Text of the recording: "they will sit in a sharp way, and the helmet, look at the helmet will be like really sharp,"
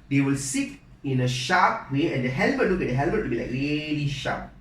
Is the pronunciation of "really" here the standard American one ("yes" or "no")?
no